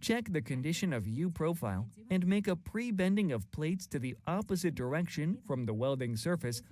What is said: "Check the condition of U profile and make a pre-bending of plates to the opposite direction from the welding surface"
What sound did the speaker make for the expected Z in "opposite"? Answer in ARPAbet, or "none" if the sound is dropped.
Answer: Z